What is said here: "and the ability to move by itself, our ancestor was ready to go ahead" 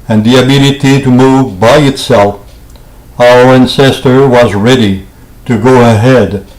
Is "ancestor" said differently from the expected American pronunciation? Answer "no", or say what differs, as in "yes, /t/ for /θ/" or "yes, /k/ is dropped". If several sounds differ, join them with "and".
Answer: no